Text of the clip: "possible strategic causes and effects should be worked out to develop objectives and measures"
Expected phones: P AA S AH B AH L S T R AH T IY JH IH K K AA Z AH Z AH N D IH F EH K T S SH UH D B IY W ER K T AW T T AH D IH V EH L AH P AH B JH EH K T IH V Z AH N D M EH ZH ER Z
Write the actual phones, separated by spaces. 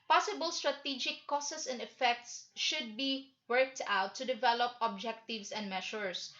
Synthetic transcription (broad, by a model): P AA S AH B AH L S T R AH T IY JH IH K K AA S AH S AH N D IH F EH K T S SH UH D B IY W ER K T AW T T AH D IH V EH L AH P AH B JH EH K T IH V S AH N D M EH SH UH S